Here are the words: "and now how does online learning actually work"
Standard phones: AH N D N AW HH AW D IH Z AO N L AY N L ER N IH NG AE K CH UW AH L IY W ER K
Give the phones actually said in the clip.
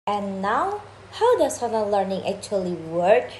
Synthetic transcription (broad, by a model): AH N N AW HH AW D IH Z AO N AY L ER N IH NG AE K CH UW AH L IY W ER K